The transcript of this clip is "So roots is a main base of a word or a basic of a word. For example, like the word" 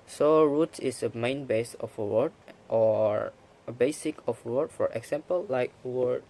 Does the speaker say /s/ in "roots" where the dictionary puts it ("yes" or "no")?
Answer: no